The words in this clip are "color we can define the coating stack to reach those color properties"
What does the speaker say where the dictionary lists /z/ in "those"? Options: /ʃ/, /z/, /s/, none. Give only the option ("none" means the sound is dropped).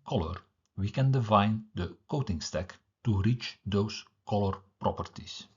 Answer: /s/